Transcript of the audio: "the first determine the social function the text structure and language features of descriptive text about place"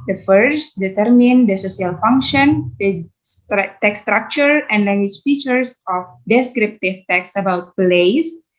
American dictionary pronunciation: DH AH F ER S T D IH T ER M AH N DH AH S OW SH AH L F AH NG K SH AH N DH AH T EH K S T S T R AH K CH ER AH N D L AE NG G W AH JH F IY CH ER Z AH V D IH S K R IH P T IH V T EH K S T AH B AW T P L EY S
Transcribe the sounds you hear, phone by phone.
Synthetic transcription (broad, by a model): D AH F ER S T D IH T ER M AH N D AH S OW S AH L F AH NG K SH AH N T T T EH K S S T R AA K CH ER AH N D L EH NG G W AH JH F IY CH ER S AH F D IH S K R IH P T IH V T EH K S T AH B AW T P L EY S